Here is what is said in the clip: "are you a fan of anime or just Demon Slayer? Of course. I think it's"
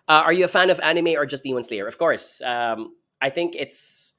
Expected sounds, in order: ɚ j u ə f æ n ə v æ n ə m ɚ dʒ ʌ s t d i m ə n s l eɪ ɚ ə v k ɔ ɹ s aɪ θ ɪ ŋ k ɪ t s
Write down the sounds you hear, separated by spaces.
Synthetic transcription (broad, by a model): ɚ j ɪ ə f æ n ə v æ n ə m ɚ dʒ ʌ s t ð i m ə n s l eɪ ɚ ə v k ɔ ɹ s aɪ θ ɪ ŋ k ɪ t s